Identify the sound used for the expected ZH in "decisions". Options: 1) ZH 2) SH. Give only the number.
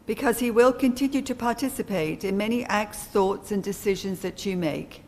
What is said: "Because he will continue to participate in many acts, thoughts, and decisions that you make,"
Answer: 1